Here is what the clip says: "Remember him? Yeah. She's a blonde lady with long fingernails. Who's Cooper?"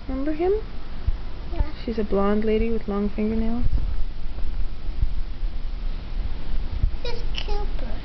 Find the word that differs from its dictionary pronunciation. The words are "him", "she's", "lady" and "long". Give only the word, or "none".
none